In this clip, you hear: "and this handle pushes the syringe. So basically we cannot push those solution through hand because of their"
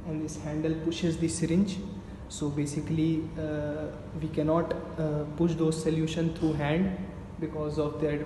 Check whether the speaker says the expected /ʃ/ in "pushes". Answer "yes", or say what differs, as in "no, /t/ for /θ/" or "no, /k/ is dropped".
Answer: yes